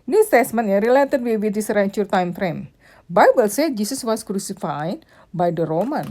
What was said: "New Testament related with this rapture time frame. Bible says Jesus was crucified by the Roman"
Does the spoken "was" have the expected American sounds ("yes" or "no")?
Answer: no